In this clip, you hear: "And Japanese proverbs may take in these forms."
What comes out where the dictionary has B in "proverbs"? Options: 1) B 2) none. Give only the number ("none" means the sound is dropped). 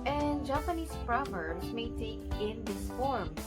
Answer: 2